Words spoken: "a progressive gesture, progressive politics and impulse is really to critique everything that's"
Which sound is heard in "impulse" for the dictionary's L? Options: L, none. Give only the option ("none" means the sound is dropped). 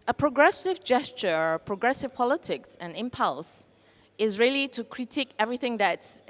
L